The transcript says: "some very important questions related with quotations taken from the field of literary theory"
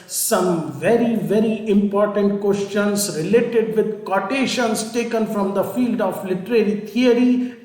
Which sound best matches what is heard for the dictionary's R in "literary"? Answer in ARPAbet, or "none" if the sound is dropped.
R